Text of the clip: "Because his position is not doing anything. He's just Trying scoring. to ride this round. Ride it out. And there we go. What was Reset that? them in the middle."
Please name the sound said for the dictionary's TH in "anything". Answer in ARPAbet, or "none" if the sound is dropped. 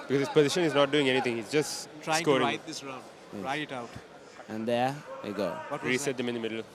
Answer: T